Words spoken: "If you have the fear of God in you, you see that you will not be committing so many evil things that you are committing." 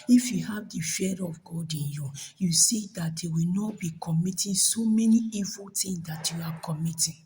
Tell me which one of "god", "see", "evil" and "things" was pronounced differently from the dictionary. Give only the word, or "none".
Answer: things